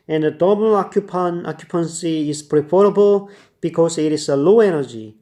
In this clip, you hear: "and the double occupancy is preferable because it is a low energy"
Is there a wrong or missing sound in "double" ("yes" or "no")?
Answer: yes